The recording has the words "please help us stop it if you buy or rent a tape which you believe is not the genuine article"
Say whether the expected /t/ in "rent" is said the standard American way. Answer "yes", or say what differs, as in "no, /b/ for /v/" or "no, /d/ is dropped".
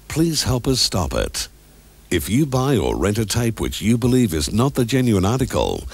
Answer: yes